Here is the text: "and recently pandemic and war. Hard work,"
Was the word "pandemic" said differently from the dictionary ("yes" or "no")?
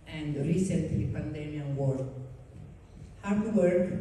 yes